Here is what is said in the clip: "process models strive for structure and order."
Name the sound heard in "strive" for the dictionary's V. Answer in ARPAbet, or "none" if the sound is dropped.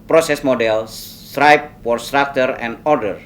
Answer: P